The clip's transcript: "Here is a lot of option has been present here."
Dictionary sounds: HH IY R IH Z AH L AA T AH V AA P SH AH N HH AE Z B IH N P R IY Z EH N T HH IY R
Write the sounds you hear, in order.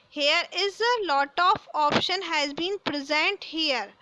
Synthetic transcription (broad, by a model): HH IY R IH Z AH L AA T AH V AA P SH AH N HH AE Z B IH N P R IY Z EH N T HH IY R